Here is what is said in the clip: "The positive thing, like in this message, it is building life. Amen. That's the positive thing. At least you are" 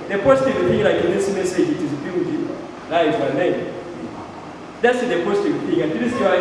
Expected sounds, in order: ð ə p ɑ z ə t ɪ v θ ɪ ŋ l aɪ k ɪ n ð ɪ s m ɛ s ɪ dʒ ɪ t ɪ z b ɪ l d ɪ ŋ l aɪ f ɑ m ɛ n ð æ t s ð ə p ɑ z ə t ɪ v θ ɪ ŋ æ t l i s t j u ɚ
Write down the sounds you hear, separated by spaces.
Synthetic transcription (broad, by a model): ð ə p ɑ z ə t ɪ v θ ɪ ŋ l aɪ k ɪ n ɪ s m ɛ s ɪ dʒ ɪ t ɪ z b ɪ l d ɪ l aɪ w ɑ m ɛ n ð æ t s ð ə p ɑ z ə t ɪ v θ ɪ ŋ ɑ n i t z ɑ